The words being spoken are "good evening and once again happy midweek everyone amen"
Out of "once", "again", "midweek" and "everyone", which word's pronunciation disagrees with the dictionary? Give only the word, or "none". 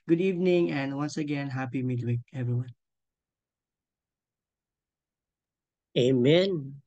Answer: none